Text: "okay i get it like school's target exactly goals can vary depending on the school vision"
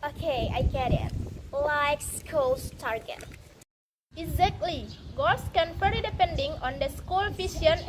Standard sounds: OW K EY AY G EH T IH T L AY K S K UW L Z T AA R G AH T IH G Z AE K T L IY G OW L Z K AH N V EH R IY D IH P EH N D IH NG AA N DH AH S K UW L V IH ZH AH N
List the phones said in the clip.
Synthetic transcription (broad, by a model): OW K EY AY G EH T IH T L AY K S K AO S T AA R G AH T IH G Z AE K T L IY G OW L S K AH N F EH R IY D IH P EH N D IH NG AA N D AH S K UW L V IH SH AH N